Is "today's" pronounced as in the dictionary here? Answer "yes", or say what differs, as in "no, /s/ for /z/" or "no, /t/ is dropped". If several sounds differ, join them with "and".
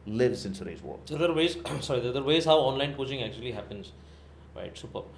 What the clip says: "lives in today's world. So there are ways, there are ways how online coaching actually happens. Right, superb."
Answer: no, /s/ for /t/